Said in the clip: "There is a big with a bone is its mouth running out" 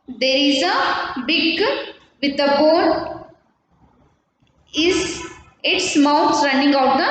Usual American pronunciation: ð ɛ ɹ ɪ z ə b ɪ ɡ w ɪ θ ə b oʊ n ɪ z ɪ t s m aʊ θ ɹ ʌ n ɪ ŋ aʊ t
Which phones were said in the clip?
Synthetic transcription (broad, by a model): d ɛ ɹ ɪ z ə b ɪ ɡ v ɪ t ə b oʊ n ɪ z ɪ t s m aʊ s ɹ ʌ n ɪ ŋ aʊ t